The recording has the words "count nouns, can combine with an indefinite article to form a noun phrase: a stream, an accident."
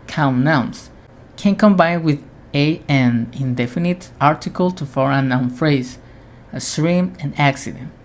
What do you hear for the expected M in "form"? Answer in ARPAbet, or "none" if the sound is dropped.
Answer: none